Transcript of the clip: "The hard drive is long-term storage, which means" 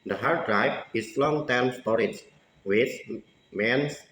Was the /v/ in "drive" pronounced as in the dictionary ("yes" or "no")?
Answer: no